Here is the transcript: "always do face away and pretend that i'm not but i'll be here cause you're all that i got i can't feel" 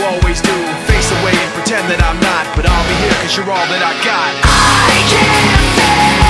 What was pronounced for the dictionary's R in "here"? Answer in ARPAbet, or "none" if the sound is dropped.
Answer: R